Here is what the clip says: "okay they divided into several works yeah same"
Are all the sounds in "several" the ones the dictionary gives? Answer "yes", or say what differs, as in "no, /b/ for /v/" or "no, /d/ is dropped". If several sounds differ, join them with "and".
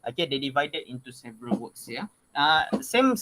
yes